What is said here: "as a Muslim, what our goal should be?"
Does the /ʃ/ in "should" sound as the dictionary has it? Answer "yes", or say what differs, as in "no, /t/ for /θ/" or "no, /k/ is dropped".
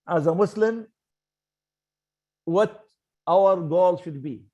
yes